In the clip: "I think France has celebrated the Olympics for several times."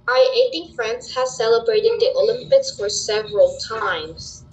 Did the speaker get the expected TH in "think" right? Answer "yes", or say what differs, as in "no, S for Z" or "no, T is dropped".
no, T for TH